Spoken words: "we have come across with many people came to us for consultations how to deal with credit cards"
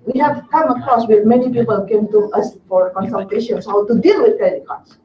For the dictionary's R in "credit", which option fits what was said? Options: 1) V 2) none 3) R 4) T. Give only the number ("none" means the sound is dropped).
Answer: 2